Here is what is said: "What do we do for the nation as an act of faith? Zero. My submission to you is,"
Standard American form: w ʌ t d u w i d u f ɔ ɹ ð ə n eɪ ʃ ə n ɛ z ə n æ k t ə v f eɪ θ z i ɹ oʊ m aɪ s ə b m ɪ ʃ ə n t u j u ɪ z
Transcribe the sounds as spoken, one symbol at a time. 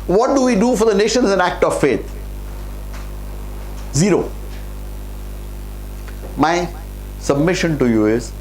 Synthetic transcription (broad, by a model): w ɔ t d u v i d u f ɔ ɹ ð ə n eɪ ʃ ə n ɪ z ə n æ k t ə v f eɪ t z i ɹ oʊ m aɪ s ə b m ɪ ʃ ə n t u j u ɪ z